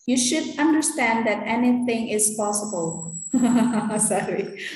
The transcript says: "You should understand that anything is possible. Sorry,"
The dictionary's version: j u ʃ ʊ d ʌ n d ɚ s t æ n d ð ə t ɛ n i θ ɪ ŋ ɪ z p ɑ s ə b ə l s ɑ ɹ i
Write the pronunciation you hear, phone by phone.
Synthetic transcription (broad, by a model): j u ʃ ʊ d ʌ n d ɚ s t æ n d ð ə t ɛ n i θ ɪ ŋ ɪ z p ɑ s ə b ə l s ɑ ɹ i